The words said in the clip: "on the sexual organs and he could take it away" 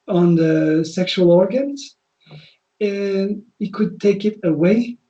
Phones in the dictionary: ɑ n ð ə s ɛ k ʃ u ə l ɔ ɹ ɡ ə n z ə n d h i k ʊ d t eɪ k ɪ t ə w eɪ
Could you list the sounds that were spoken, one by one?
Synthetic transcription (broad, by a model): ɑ n ð ə s ɛ k ʃ u ə l ɔ ɹ ɡ ə n z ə n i k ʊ d t eɪ k ɪ t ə w eɪ